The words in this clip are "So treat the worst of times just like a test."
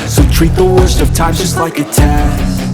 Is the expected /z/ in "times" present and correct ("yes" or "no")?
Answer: no